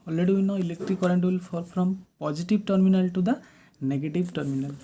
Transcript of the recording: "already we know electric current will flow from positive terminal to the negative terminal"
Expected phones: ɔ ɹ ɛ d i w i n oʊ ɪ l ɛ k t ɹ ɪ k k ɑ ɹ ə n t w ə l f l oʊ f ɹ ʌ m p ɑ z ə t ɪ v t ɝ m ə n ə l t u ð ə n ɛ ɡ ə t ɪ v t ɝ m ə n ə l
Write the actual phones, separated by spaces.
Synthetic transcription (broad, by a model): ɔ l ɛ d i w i n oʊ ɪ l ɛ k t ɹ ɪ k k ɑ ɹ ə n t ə l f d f ɹ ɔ m p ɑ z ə t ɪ b t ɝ m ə n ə l t u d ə n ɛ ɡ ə t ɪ b t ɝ m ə n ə l